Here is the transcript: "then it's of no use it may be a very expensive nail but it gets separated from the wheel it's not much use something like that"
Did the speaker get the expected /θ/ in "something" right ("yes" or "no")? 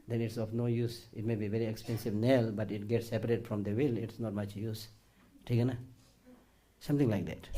no